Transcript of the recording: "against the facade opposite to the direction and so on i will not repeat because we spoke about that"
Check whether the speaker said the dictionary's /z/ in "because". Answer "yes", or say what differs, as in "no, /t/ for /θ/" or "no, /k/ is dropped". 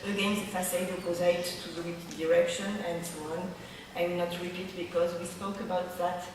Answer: yes